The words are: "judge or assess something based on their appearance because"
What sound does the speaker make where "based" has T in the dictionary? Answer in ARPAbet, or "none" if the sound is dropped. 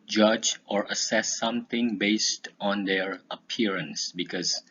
T